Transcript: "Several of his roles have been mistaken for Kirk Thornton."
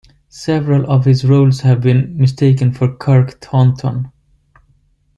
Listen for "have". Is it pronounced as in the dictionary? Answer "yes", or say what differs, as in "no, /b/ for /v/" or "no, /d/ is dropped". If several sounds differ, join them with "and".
yes